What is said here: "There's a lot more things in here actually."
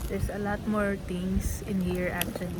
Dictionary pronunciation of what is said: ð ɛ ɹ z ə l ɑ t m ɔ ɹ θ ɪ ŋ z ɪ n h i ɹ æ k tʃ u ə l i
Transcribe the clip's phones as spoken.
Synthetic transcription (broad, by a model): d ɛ ɹ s ə l ɑ t m ɔ ɹ t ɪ ŋ s ɪ n h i ɹ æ k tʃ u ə l i